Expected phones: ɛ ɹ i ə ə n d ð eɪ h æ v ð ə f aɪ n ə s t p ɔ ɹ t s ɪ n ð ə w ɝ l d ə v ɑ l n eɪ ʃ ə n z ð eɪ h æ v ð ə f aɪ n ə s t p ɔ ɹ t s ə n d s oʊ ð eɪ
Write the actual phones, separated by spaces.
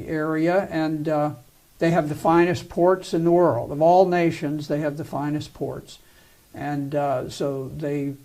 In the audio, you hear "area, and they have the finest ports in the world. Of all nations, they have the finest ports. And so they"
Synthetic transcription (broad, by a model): ɛ ɹ i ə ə n ð eɪ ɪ v ð ə f aɪ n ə s p ɔ ɹ t s ɪ n ð ə w ɝ l d ə v ɑ l n eɪ ʃ ə n z ð eɪ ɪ v ð ə f aɪ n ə s p ɔ ɹ t s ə n s oʊ ð eɪ